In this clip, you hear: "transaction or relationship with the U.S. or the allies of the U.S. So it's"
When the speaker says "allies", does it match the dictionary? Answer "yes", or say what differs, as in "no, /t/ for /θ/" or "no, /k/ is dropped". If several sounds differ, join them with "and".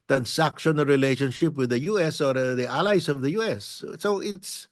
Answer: no, /s/ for /z/